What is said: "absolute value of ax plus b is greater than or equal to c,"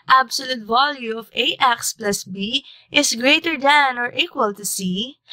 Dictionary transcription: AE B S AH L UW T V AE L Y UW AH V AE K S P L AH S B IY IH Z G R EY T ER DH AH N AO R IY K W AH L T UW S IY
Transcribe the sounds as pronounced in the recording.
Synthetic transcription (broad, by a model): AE B S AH L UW T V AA L Y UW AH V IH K S P L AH S B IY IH S G R EY T ER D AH N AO R IY K W AH L T UW S IY